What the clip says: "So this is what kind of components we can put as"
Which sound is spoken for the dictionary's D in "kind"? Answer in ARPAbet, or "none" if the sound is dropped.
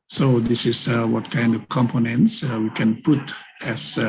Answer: D